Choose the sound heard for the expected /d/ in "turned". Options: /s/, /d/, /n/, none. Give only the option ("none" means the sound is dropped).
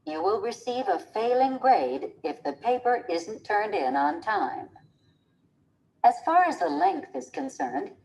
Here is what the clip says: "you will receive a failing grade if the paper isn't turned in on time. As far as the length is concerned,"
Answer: /d/